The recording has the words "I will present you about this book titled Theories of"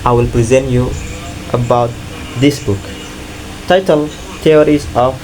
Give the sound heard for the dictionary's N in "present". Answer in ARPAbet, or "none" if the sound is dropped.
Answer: N